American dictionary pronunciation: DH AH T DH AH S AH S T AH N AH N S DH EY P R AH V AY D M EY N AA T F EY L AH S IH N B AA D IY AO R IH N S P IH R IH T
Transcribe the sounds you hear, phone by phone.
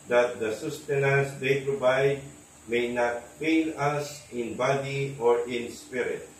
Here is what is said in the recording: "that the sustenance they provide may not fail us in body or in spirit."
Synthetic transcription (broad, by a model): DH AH T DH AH S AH S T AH N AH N S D EY P R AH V AY D M EY N AA T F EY N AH S IH N B AA D IY AO R IH N S P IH R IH T